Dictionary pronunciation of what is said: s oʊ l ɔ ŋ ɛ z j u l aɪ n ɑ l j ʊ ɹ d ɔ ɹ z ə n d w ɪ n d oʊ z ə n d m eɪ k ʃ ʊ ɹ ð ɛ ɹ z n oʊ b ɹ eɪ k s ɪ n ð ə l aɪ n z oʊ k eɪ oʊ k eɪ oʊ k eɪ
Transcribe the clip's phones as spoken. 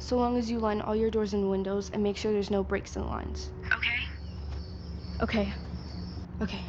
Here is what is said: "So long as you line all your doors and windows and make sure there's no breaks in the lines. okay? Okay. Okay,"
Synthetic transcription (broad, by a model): s oʊ l ɔ ŋ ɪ z j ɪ l aɪ n ɑ l j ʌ ɹ d ɔ ɹ z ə n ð w ɪ n d oʊ z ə n m eɪ k ʃ ʊ ɹ ð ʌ ɹ z n oʊ b ɹ eɪ k s ɪ n l aɪ n z oʊ k eɪ oʊ k eɪ oʊ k eɪ